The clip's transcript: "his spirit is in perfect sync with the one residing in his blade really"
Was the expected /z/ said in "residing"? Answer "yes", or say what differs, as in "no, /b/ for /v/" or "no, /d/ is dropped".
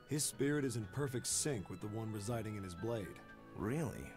yes